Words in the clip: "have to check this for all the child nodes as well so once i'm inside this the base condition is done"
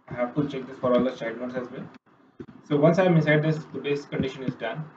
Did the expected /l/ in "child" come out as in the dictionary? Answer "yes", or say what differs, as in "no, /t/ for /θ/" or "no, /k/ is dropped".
no, /l/ is dropped